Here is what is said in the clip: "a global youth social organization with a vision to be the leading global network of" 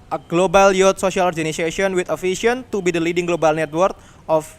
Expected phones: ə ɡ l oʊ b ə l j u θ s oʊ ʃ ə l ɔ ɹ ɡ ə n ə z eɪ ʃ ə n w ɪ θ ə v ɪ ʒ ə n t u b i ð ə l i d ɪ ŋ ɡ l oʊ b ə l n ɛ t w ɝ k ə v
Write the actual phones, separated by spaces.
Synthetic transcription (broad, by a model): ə ɡ l oʊ b ə l j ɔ t s oʊ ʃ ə l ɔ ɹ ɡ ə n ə s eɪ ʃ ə n w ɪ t ə f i ʃ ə n t u b i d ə l i d ɪ ŋ ɡ l oʊ b ə l n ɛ t w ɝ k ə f